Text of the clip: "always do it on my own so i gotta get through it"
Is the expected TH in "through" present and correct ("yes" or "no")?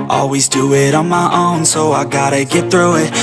yes